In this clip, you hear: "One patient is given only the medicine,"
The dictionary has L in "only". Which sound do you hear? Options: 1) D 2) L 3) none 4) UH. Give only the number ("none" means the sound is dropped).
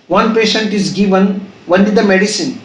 3